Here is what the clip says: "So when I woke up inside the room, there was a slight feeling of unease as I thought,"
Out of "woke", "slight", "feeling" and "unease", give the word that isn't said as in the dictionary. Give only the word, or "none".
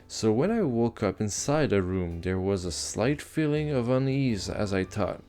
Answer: none